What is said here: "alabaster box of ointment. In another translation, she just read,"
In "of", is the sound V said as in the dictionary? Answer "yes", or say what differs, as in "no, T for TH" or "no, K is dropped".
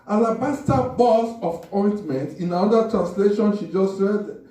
no, P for V